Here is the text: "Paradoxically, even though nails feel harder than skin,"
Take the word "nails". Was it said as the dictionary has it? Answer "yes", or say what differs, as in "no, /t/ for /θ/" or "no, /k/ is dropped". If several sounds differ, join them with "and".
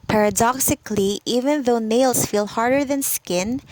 no, /s/ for /z/